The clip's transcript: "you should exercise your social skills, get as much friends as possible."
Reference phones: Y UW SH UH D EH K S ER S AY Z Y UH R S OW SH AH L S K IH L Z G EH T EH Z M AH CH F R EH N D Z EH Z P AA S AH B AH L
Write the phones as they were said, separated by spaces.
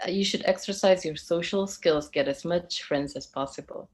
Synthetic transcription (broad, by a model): Y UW SH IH D EH K S ER S AY Z Y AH R S OW SH L S K IH L Z G EH T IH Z M AH CH F R EH N D Z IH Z P AA S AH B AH L